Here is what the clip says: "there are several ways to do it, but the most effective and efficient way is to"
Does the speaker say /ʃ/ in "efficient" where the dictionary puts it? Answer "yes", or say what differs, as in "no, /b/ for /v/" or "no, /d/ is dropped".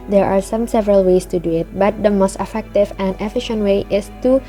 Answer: yes